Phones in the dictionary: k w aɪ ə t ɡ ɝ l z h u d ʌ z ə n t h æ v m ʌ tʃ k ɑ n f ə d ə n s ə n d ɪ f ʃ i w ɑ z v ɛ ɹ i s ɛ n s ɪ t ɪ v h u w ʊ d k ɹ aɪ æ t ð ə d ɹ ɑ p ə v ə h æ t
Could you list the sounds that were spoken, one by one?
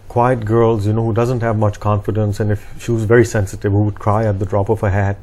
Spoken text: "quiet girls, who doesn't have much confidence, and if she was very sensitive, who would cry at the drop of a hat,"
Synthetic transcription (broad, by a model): k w aɪ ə t ɡ ɝ l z h u d ʌ z ə n t h æ v m ʌ tʃ k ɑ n f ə d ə n s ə n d ɪ f ʃ i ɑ z v ɛ ɹ i s ɛ n s ɪ t ɪ v h u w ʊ d k ɹ aɪ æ t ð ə d ɹ ɑ p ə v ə h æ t